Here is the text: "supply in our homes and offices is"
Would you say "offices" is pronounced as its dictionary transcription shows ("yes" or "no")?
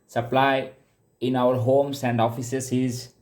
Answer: no